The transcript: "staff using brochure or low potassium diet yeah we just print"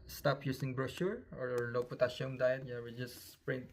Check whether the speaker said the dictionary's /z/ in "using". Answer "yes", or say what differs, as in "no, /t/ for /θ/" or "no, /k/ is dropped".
no, /s/ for /z/